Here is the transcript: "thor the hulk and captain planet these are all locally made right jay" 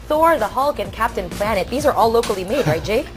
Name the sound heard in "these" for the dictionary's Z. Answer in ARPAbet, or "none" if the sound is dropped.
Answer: Z